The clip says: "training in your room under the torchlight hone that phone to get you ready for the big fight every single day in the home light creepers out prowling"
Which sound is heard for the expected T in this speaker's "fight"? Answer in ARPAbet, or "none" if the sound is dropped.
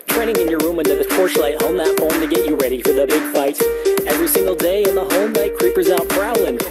T